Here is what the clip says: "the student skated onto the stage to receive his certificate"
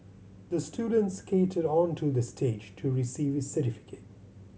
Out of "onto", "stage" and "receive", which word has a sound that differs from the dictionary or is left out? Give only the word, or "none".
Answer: none